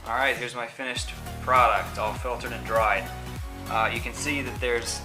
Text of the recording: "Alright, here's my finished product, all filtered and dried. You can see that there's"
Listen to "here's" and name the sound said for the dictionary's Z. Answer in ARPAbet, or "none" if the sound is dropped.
Z